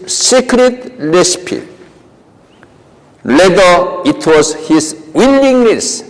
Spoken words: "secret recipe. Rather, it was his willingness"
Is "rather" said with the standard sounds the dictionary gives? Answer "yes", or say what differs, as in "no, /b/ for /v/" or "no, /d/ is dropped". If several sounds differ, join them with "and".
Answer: no, /l/ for /ɹ/